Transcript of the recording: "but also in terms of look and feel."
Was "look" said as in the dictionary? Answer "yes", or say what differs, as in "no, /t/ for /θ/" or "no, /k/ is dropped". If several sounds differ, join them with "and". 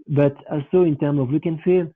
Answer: no, /w/ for /l/